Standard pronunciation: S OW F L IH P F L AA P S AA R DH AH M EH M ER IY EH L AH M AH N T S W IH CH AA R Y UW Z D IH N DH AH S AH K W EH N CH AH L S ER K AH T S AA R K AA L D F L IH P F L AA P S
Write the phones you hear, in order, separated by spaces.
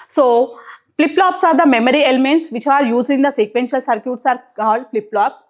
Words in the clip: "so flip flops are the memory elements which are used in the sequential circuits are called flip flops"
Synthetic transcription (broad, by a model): S OW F L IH P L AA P S AA R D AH M EH M ER IY EH L AH M AH N T S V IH CH AA R Y UW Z IH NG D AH S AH K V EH N SH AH L S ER K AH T S AA R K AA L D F L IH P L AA P S